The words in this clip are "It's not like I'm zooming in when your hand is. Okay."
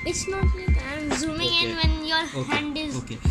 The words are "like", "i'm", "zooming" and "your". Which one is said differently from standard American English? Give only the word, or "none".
like